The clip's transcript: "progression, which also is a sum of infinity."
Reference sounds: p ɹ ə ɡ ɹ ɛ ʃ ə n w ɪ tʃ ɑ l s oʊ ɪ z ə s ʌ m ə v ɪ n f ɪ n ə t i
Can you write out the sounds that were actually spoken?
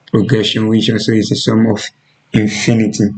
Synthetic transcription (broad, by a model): p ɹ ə ɡ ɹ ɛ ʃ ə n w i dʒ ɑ n s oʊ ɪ s ə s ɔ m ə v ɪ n f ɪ n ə t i